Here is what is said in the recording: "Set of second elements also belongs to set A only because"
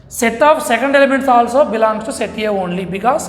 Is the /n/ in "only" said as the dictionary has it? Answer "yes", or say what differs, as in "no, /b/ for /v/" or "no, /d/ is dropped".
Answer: yes